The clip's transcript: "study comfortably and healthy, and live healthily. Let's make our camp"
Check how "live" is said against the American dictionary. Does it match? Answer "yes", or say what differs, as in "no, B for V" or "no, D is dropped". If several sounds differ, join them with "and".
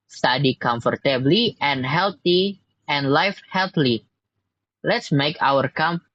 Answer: no, F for V